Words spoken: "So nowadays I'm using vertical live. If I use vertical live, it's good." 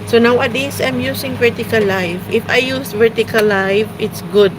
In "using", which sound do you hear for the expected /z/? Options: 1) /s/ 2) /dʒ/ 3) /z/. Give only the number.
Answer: 1